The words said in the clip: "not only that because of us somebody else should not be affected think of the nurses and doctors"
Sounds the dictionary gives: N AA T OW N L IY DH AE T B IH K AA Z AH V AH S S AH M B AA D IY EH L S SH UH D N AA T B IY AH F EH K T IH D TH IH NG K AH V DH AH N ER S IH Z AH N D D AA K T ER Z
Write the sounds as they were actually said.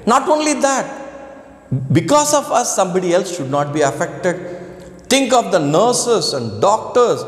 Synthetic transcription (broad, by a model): N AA T OW N L IY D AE T B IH K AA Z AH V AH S S AH M B AA D IY EH L S SH UH D N AA T B IY AH F EH K T IH D T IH NG K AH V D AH N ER S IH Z AH N D D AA K T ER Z